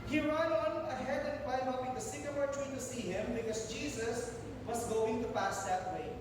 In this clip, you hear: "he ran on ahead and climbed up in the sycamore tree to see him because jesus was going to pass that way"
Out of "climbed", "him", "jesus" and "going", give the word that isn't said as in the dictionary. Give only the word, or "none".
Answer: climbed